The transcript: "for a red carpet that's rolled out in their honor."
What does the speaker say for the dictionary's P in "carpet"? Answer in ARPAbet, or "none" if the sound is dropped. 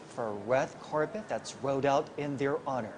P